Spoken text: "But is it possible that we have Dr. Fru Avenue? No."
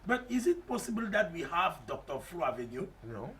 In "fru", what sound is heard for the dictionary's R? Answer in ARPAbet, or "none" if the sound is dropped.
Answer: L